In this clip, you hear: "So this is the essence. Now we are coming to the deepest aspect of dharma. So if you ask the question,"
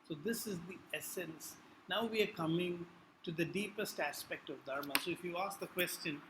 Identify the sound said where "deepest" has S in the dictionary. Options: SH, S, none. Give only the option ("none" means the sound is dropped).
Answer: S